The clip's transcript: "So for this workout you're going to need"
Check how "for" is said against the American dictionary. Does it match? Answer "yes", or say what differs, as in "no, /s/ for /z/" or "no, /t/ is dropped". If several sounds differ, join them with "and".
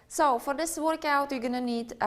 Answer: yes